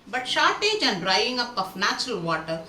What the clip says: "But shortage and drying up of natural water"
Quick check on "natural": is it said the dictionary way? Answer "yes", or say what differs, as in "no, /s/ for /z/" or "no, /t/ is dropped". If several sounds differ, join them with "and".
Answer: yes